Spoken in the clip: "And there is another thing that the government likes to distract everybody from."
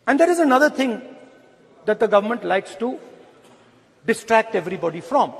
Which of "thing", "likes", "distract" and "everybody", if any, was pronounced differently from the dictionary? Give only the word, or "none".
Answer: thing